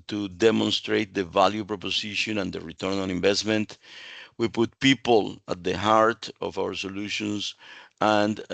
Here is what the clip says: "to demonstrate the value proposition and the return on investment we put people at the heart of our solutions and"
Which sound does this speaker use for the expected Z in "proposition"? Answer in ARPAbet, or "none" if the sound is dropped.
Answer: S